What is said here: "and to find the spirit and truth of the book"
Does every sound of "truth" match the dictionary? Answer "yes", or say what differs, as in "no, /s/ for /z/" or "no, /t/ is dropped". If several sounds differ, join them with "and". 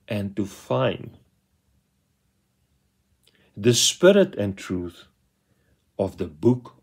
yes